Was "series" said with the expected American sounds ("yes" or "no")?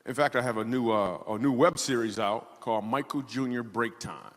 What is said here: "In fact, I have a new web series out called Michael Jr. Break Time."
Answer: yes